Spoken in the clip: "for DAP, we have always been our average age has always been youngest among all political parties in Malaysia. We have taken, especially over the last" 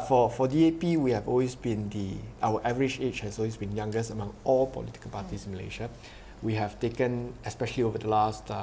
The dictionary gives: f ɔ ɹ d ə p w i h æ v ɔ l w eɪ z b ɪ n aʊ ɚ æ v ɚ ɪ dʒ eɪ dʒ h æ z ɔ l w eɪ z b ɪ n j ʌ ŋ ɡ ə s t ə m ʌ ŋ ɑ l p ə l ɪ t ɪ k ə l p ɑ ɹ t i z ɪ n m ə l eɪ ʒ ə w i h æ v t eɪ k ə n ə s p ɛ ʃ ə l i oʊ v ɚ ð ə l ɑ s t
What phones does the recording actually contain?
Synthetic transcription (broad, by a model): f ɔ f d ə p w i h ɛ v ɔ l w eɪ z b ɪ n aʊ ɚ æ v ɚ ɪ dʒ eɪ tʃ h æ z ɔ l w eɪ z b ɪ n j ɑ ŋ ɡ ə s ə m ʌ ŋ ɑ l p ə l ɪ t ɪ k ə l p ɑ t i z ɪ n m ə l eɪ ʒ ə w i h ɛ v t eɪ k ə n ə s p ɛ ʃ ə l i oʊ v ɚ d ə l ɑ s t